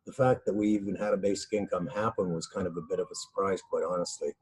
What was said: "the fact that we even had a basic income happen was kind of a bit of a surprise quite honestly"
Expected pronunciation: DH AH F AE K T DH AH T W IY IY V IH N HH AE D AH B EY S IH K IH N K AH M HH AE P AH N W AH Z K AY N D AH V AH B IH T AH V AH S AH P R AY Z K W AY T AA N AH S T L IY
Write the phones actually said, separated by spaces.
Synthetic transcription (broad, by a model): DH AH F AE K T DH AH T W IY IY V IH N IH D AH B EY S IH K IH N K AH M HH AE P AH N W AH Z K AY N D AH V AH B IH T AH V AH S AH P R AY Z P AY T AA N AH S T L IY